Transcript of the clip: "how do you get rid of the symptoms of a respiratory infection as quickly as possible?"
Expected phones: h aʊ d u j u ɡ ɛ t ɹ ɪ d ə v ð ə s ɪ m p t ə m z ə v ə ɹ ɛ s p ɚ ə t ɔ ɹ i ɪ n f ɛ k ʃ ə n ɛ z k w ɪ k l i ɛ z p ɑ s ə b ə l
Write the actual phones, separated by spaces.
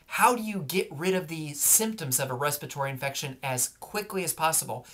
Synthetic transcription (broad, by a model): h aʊ d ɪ j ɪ ɡ ɛ t ɹ ɪ d ə v ð ə s ɪ m p t ə m z ə v ə ɹ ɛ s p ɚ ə t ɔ ɹ i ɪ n f ɛ k ʃ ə n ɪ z k w ɪ k l i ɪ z p ɑ s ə b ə l